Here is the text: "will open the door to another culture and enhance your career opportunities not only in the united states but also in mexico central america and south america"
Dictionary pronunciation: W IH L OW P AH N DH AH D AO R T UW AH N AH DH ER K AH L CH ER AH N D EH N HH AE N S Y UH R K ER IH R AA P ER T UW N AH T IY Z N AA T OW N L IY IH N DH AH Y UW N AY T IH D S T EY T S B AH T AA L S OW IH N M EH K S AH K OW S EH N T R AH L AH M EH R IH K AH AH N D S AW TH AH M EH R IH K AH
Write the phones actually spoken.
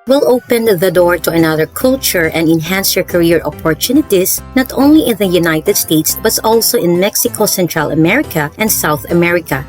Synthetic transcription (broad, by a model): W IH L OW P AH N DH AH D AO R T UW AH N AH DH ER K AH L CH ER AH N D EH N HH AE N S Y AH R K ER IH R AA P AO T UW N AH T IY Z N AA T OW N L IY IH N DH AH Y UW N AY T IH D S T EY T S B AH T AA L S OW IH N M EH K S AH K OW S EH N T R AH L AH M EH R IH K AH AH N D S AW TH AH M EH R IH K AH